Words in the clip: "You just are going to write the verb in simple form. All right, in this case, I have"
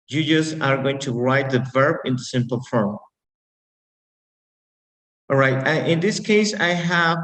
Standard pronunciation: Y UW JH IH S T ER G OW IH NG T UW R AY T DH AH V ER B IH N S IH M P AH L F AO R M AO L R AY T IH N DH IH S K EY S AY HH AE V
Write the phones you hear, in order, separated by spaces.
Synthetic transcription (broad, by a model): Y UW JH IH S ER G OW IH NG T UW R AY T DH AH V ER B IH N S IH M P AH L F R AO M R AY T IH N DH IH S K EY S AY HH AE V